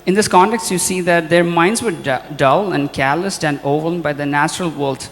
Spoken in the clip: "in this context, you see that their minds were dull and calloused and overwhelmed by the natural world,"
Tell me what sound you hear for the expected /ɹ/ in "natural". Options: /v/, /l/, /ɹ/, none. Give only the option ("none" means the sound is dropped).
/ɹ/